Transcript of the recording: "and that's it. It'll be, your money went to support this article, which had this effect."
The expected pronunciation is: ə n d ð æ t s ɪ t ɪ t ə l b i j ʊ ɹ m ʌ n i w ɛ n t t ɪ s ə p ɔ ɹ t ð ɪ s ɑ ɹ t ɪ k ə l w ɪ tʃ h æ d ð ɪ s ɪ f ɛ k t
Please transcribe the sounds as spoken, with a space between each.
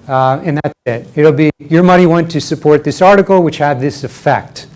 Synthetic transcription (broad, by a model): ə n ð æ t s ɪ t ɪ t l b i j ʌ ɹ m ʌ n i w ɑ n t t ɪ s ə p ɔ ɹ t ð ɪ s ɑ ɹ t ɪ k l w ɪ tʃ h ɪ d ð ɪ s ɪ f ɛ k t